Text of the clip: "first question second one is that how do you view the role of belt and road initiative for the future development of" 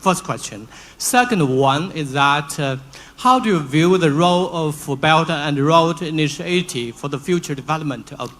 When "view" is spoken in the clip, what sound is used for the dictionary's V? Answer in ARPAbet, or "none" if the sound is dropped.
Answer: V